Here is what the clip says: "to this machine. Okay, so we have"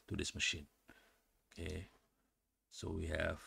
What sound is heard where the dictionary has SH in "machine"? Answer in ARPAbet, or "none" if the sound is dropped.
SH